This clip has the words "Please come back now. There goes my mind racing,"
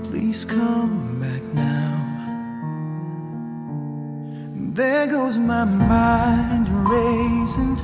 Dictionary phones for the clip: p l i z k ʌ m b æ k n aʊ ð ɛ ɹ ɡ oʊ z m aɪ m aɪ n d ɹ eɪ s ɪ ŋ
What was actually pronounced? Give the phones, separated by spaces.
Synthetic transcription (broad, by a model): p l i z k ʌ m b æ k n aʊ ð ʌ ɹ ɡ oʊ z m aɪ m aɪ n d ɹ eɪ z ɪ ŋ